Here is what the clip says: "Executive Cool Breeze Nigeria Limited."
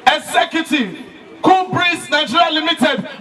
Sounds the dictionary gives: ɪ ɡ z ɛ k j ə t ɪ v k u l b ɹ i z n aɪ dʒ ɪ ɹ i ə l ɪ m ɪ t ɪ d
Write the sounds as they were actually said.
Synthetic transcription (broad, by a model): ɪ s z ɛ k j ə t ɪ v k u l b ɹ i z n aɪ tʃ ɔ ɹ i l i m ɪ t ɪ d